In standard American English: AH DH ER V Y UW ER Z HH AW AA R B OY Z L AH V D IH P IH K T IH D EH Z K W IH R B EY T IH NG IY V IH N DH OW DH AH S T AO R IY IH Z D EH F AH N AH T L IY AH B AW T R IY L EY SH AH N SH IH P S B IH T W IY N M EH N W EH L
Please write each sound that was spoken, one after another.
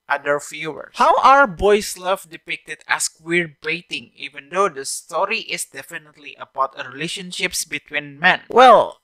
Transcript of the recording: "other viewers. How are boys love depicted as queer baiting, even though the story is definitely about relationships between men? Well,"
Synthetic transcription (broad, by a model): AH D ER F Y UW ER HH AW AA R B OY S L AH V D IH P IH K T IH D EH S K W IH R B EY T IH NG IY V IH N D OW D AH S T AO R IY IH S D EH F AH N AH T L IY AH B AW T R IY L EY SH AH N SH IH P S B IH T W IY N M EH N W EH L